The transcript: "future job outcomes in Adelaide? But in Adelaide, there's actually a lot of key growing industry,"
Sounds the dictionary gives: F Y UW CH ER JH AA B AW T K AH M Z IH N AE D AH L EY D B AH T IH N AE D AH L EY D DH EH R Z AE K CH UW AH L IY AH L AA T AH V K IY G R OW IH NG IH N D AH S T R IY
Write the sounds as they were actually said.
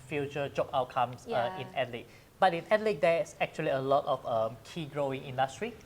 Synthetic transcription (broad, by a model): F Y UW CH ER JH AA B AW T K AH M S IH N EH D L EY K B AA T IH N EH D L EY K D EH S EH K CH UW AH L IY AH L AA T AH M K IY G R OW IH NG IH N D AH S T R IY